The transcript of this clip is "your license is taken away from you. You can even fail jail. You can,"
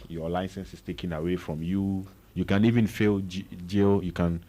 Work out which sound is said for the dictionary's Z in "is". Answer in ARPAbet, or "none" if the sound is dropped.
S